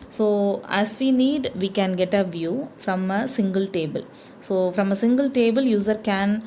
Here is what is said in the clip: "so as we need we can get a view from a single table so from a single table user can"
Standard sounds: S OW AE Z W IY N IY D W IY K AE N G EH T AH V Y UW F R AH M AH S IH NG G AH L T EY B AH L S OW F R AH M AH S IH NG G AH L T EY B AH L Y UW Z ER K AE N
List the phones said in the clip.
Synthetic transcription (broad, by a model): S OW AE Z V IY N IY D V IY K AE N G EH T AH V Y UW F R AH M AH S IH NG G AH L T EY B AH L S OW F R AH M AH S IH NG G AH L T EY B AH L Y UW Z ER K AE N